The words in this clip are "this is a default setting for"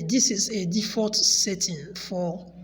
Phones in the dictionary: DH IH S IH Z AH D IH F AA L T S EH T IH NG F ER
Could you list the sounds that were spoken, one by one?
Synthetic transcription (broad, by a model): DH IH S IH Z AH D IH F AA T S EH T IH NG F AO